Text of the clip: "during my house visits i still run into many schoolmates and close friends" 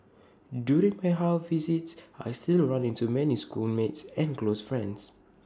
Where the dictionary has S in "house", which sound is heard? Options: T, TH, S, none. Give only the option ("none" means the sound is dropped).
none